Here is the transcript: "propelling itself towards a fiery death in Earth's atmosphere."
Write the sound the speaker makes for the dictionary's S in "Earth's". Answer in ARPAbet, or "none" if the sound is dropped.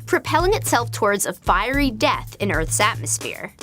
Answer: S